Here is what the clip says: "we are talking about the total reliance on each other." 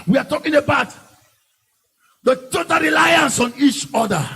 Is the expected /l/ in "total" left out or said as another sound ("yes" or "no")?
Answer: yes